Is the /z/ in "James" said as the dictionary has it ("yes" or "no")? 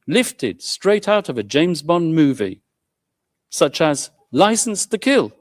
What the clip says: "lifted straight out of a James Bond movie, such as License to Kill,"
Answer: yes